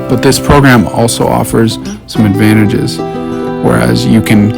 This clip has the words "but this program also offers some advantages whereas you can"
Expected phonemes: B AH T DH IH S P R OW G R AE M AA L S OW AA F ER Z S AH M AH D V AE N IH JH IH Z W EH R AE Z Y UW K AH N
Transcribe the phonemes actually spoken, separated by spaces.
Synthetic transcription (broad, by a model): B AH T DH IH S P R OW G R AE M AA L S OW AA F ER Z S AH M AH D V AE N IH JH IH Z W EH R AE Z Y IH K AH N